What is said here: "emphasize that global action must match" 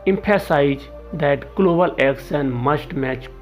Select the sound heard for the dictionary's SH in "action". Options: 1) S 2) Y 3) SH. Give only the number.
1